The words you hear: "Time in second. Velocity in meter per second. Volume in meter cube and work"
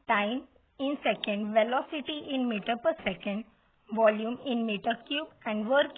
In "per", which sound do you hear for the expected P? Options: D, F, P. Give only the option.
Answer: P